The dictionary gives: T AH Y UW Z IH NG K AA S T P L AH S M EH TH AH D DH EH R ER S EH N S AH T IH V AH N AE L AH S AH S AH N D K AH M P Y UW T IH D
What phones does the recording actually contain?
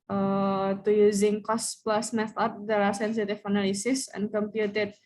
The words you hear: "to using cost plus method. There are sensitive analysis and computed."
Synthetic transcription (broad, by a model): T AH Y UW Z IH NG K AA S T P L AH S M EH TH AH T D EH L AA S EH N S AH T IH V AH N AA L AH S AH S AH N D K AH M P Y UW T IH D